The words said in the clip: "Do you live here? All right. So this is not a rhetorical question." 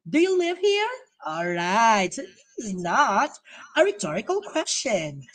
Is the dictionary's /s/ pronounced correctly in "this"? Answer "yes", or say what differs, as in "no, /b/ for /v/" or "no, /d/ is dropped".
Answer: no, /s/ is dropped